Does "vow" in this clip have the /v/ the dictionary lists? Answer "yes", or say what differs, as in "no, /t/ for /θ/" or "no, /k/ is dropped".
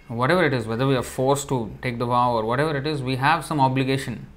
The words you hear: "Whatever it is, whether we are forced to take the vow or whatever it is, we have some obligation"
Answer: no, /p/ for /v/